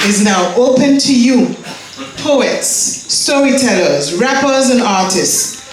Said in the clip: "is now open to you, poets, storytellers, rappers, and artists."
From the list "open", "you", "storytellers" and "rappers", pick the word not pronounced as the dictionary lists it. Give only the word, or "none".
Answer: none